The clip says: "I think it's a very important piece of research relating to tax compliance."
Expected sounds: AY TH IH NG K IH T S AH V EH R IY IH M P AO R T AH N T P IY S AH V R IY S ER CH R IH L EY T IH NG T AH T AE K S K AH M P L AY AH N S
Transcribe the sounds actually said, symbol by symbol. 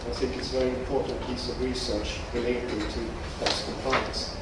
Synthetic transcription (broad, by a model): AY TH IH NG K IH T S AH V EH R IY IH M P AO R T N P IY S AH V R IY S ER CH R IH L EY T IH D T AH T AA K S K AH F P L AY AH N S